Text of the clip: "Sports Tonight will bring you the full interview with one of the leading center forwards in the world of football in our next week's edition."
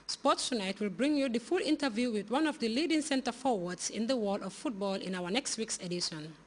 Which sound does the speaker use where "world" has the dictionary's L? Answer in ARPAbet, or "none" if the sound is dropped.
none